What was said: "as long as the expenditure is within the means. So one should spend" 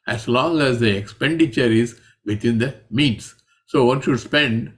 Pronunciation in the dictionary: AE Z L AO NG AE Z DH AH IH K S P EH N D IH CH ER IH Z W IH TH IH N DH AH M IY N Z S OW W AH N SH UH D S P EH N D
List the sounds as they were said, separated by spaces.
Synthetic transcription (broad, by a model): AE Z L AO NG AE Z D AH IH K S P EH N D IH CH ER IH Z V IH T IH N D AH M IY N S S OW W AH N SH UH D S P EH N D